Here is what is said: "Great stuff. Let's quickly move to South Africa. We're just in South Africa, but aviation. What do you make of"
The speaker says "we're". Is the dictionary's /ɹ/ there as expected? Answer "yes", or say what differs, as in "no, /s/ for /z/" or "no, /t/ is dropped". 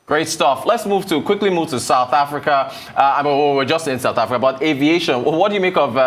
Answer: no, /w/ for /ɹ/